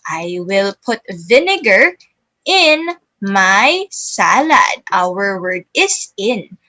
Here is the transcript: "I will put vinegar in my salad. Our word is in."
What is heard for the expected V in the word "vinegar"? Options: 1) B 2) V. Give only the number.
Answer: 2